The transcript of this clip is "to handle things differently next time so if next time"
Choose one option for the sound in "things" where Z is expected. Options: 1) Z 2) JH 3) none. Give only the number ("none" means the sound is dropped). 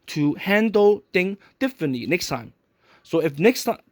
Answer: 3